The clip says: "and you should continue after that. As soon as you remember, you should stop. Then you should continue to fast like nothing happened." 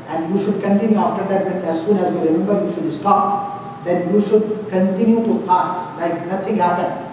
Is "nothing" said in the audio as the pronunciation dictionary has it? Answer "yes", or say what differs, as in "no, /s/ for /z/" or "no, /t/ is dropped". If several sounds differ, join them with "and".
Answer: no, /t/ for /θ/